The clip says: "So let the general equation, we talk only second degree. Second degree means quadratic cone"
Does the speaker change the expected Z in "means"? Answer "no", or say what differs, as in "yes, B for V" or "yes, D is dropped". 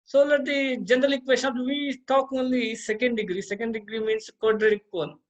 yes, S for Z